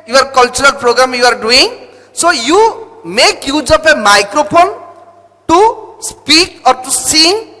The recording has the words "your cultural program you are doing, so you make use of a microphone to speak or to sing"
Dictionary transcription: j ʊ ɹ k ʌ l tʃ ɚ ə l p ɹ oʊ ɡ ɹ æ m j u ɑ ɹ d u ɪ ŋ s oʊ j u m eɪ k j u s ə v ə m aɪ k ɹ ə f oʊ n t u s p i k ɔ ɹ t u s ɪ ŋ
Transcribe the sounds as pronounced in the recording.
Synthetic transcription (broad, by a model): j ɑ ɹ k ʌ l tʃ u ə l p ɹ oʊ ɡ ɹ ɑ m j u ɑ ɹ d u ɪ ŋ s oʊ j u m eɪ k j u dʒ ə p ə m aɪ k ɹ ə p oʊ n t u s p i k ɔ ɹ t u s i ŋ